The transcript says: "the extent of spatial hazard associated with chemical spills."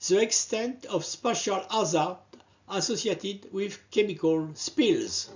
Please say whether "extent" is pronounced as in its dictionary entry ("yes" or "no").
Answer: yes